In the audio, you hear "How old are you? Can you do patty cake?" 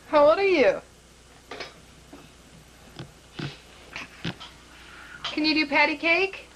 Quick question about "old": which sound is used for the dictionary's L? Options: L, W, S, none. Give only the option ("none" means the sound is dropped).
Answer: none